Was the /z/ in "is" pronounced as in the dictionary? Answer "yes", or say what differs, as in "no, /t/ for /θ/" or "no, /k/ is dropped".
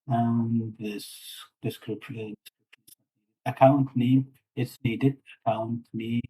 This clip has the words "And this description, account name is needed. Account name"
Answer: no, /s/ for /z/